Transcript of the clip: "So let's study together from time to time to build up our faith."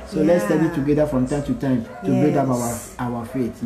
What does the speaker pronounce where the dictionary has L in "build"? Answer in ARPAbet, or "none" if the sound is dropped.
none